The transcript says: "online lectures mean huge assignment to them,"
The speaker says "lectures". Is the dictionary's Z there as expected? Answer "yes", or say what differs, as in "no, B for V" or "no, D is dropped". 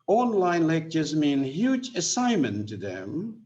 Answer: yes